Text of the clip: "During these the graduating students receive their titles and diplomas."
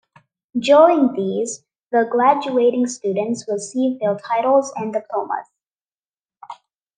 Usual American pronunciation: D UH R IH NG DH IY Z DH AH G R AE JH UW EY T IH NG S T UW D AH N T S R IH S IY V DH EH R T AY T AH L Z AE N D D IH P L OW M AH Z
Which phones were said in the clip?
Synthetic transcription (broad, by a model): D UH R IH NG DH IY Z DH AH G R AE JH UW EY T IH NG S T UW D AH N T S W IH S IY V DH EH L T AY T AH L Z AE N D D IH P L OW M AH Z